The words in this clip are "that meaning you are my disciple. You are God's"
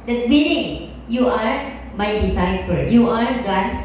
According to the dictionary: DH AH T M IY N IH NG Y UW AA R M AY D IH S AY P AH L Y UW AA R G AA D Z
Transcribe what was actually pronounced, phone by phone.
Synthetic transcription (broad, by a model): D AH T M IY L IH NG Y UW AA R M AY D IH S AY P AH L Y UW AA R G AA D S